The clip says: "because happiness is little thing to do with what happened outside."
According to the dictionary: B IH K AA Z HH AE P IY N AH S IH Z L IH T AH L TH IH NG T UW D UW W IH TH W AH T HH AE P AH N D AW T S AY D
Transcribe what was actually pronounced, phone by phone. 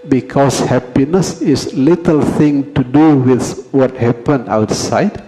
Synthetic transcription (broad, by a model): B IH K AA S HH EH P IY N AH S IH S L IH T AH L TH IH NG T UW D UW W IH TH W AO T HH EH P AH N AW T S AY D